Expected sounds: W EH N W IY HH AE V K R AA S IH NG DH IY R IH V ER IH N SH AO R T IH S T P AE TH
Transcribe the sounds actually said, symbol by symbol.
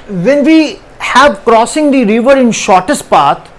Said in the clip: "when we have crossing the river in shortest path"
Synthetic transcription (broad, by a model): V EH N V IY HH AE V K R AA S IH NG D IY R IH V ER IH N SH AO R T IH S T P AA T